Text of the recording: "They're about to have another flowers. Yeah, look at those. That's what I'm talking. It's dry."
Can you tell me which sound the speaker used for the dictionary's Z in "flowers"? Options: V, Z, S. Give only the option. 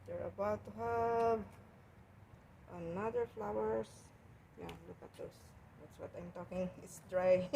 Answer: S